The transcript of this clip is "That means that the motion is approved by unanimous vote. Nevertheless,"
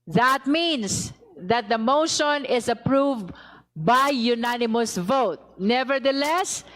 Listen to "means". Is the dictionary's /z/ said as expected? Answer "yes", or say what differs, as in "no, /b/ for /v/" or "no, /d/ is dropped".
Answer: no, /s/ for /z/